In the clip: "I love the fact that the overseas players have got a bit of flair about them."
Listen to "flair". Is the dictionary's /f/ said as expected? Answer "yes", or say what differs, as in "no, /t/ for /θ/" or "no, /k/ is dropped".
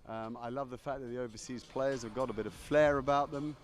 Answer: yes